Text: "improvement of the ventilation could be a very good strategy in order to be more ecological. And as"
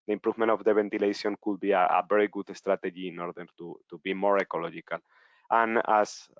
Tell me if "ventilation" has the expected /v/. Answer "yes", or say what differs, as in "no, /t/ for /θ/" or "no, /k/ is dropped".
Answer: no, /b/ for /v/